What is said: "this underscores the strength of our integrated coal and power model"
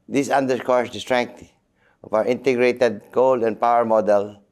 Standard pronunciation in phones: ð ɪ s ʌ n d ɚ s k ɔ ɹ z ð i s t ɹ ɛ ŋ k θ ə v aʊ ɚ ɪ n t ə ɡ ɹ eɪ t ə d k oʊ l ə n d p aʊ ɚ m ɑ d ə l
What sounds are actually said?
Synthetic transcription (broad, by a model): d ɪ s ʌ n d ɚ k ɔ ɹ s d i s t ɹ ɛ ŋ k t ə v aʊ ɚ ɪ n t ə ɡ ɹ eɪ t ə d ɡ oʊ l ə n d p aʊ ɚ m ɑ d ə l